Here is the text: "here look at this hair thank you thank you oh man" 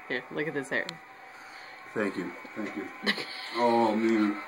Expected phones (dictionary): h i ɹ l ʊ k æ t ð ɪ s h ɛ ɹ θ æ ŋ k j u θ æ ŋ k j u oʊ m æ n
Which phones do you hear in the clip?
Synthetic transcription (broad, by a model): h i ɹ l ʊ k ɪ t ð ɪ s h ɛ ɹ θ æ ŋ k j u θ æ ŋ k j u oʊ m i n